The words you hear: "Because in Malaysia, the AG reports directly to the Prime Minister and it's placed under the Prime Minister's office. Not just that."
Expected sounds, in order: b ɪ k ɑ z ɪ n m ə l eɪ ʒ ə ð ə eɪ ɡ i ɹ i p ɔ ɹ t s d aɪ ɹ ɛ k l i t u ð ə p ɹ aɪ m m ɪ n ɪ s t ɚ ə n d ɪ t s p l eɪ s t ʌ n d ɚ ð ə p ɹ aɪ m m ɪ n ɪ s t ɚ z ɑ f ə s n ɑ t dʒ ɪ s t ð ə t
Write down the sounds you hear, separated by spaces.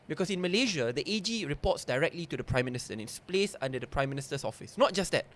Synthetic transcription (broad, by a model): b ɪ k ɑ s ɪ n m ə l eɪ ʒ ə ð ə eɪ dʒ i ɹ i p ɔ t s d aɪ ɹ ɛ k l i t u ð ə p ɹ aɪ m m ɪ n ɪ s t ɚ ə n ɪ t s p l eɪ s ʌ n d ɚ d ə p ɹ aɪ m m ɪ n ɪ s t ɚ s ɑ f ə s n ɑ t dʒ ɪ s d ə t